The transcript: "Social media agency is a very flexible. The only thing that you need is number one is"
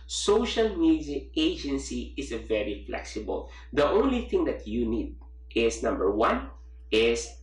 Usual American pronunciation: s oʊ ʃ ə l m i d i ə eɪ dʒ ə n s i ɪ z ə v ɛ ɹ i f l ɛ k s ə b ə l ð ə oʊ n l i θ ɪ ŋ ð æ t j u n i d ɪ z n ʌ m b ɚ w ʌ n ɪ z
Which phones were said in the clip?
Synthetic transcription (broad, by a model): s oʊ ʃ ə l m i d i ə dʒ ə n s i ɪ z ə v ɛ ɹ i f l ɛ k s ə b ə l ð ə oʊ n l i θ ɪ ŋ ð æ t j u n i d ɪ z n ʌ m b ɚ w ʌ n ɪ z